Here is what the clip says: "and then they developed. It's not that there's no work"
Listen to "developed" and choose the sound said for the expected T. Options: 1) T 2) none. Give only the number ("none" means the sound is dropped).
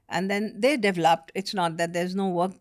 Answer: 1